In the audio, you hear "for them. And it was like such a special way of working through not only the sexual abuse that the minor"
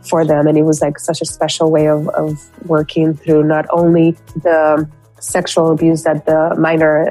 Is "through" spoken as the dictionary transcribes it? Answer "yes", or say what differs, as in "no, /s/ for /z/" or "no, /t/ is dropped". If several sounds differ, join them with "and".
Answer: yes